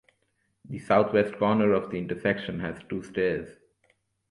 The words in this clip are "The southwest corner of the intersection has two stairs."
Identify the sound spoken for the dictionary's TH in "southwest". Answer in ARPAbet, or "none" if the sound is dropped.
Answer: T